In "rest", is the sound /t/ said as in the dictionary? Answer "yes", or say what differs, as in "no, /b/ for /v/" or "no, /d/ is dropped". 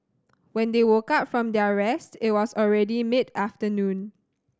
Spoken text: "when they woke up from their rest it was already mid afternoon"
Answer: yes